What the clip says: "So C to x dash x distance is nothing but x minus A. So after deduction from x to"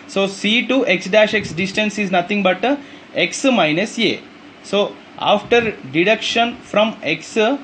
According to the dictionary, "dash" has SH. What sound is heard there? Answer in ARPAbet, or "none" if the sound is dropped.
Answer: SH